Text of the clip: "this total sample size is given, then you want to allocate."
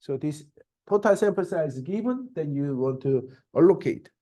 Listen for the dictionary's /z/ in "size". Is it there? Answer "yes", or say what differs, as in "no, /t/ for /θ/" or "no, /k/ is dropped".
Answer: no, /z/ is dropped